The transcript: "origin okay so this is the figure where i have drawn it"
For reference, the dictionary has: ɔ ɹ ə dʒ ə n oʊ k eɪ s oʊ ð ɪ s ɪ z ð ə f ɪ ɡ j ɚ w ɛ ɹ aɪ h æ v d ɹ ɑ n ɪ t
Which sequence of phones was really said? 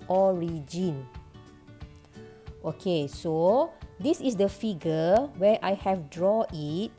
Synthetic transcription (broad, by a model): ɔ ɹ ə dʒ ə n oʊ k eɪ s oʊ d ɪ s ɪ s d ə f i ɡ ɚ w ɛ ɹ aɪ h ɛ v d ɹ ɑ ɪ t